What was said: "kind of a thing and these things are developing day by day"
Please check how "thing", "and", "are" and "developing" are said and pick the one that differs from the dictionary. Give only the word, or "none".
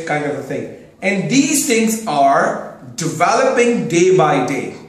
thing